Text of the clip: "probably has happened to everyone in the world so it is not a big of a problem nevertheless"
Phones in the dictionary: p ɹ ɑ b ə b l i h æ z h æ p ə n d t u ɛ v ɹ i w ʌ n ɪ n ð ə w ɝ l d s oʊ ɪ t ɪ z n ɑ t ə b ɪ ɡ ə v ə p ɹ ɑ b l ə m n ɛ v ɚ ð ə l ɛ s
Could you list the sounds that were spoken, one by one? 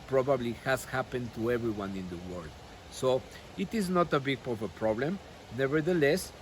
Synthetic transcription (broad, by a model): p ɹ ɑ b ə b l i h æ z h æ p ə n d t u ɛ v ɹ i w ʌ n ɪ n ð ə w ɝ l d s oʊ ɪ t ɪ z n ɑ t ə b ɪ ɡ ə p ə p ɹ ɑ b l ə m n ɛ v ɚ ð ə l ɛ s